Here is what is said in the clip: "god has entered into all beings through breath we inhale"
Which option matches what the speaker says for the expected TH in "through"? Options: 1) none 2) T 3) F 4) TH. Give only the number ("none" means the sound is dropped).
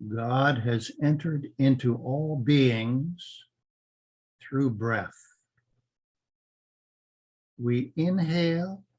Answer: 4